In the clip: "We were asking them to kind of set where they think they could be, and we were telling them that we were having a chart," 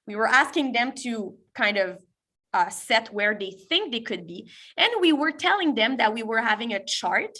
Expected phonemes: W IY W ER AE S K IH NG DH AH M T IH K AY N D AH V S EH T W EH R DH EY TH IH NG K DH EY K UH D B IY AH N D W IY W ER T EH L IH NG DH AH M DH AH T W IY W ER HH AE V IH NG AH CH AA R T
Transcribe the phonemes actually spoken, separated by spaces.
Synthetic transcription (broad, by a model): W IY W ER AE S K IH NG DH AH M T IH K AY N D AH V S EH T W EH R DH EY TH IH NG K DH EY K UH D B IY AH N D W IY W ER T EH L IH NG DH AH M DH AH T W IY W ER HH AE V IH NG AH CH AA R T